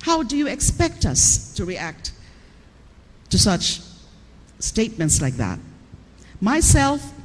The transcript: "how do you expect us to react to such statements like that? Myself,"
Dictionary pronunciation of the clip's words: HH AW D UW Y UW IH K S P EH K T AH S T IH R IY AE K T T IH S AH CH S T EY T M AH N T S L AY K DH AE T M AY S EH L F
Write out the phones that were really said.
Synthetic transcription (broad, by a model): HH AW D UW Y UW IH K S P EH K T AH S T IH R IY AE K T T IH S AH CH S T EY T M AH N T S L AY K DH AE T M AY S EH L F